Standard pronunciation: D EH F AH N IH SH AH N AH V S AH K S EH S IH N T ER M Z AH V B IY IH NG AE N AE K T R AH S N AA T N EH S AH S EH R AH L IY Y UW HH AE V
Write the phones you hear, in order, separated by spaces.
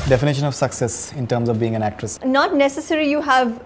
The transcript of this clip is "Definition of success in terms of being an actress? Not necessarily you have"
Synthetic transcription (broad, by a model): D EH F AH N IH SH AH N AH V S AH K S EH S IH N T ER M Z AH V B IY IH NG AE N AE K T R AH S N AA T N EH S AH S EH R IY Y UW HH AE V